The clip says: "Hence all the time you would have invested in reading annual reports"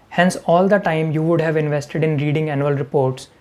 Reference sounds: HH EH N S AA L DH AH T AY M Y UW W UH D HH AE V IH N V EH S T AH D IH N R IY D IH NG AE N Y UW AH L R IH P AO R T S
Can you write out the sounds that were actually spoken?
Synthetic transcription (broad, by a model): HH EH N S AA L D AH T AY M Y UW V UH D HH AE V IH N V EH S T AH D IH N R IY D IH NG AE N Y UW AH L R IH P AO R T S